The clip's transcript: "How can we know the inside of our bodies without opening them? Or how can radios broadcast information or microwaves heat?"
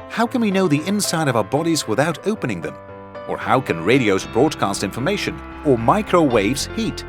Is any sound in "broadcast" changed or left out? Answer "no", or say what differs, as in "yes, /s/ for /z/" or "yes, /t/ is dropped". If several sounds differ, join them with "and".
no